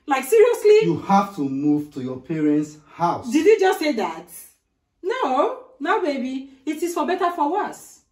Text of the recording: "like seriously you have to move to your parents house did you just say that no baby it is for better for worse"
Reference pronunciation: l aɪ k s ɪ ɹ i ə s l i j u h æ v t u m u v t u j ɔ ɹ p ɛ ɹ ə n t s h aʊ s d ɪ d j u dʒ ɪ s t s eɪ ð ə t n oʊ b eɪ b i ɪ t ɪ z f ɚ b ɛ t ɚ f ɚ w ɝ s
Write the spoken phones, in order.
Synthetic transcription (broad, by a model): l aɪ k s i ɹ i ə s l i j u h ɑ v t u m u v t u j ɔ p ɛ ɹ ə n t s h aʊ s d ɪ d j u dʒ ɪ s t s eɪ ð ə t n oʊ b eɪ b i ɪ t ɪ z f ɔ b ɛ t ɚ f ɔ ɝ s